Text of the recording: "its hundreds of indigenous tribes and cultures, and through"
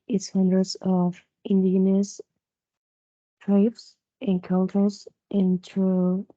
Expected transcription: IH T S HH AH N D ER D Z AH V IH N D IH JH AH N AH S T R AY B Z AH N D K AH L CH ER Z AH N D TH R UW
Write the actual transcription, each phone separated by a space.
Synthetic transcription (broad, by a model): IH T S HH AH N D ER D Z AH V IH N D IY AH N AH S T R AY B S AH N K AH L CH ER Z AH N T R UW